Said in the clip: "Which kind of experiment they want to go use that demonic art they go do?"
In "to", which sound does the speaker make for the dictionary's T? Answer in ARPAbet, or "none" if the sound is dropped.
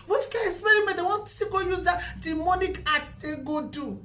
S